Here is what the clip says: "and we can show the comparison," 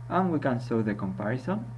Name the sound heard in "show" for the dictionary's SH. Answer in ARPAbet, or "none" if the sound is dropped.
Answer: S